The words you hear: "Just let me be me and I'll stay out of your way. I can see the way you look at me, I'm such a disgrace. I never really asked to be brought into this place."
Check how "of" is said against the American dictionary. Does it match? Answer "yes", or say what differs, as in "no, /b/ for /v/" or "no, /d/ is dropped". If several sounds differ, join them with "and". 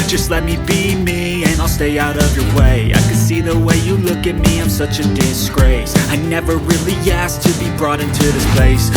yes